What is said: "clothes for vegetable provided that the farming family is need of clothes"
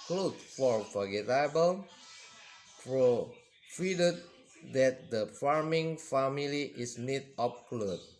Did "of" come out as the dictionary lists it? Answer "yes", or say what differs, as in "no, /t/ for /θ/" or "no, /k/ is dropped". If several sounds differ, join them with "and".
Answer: no, /p/ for /v/